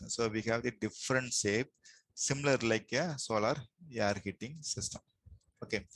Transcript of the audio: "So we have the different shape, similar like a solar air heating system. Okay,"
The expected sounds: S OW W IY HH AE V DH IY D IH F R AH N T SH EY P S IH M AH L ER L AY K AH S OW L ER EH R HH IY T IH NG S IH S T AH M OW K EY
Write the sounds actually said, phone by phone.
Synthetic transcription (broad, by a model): S OW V IY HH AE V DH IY D IH F R AH N T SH EY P S IH M AH L ER L AY K AH S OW L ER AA R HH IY T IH NG S IH S T AH M OW K EY